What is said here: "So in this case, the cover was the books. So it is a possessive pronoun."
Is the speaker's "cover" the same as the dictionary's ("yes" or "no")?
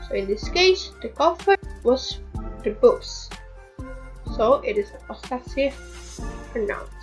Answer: no